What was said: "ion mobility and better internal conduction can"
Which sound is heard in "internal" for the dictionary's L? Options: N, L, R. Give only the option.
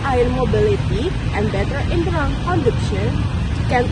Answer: N